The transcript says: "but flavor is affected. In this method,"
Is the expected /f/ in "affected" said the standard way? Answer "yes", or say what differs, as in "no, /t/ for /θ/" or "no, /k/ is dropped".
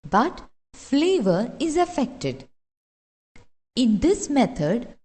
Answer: yes